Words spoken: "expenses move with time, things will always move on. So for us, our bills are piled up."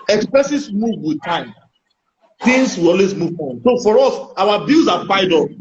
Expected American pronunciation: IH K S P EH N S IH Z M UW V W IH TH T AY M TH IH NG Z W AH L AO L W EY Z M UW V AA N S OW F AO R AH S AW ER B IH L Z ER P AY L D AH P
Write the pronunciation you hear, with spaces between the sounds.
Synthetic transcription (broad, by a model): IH K S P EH S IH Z M UW V W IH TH T AY M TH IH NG S W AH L AO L W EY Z M UW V AA N S OW F AO R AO S AW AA B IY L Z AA F AY D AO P